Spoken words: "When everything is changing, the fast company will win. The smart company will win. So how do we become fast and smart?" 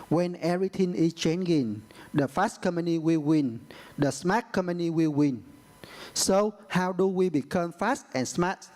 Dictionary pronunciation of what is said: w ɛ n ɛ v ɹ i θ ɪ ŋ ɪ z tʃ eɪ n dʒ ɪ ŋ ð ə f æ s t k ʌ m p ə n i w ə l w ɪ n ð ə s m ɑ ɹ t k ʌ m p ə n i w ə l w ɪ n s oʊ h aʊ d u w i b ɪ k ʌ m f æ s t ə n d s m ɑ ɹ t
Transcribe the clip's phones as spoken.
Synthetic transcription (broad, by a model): w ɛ n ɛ ɹ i t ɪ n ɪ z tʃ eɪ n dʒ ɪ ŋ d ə f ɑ s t k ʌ m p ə n i w ə l w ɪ n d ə s m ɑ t k ʌ m p ə n i w ə l w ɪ n s oʊ h aʊ d u w i b ɪ k ʌ m f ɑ s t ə n s m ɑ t